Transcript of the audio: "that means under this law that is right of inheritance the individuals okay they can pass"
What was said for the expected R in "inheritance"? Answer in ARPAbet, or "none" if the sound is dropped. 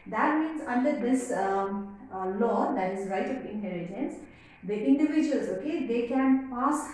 L